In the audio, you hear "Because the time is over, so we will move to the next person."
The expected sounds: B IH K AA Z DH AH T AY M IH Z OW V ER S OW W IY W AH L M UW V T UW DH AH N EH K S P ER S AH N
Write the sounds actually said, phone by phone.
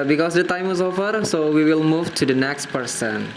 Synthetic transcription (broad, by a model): B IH K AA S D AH T AY M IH S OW F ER S OW W IY W AH L M UW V T UW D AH N EH K S P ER S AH N